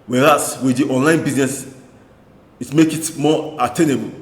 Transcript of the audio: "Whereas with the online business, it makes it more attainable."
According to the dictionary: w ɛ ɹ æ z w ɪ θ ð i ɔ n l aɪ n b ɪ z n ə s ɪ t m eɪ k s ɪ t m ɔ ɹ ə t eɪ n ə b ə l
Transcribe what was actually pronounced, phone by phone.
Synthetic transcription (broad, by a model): w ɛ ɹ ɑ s w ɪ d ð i ɔ n l aɪ n b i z n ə s ɪ t m eɪ k ɪ t m ɔ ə t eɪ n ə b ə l